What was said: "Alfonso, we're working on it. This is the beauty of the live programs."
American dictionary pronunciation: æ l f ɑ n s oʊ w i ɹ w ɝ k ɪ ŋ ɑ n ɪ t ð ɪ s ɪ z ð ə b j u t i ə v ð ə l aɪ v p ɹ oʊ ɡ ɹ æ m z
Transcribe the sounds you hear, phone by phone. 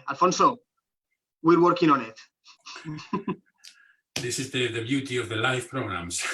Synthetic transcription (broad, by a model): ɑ l f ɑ n s oʊ w i ɹ w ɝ k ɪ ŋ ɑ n ɪ t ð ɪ s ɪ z ð ə b j u t i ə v ð ə l aɪ f p ɹ oʊ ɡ ɹ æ m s